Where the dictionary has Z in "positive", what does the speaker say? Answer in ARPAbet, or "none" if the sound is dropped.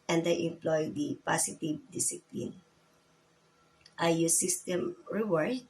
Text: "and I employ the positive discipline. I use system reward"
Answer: S